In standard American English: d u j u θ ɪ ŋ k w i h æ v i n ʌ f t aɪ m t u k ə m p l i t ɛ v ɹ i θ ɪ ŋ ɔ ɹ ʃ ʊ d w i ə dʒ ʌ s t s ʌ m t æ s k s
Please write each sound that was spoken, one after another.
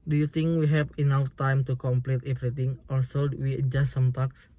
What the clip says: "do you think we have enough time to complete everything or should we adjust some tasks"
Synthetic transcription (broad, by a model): d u j u t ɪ ŋ k w i h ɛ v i n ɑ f t aɪ m t u k ə m p l i t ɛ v ɹ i t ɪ ŋ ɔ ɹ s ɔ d w i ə dʒ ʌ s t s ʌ m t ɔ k s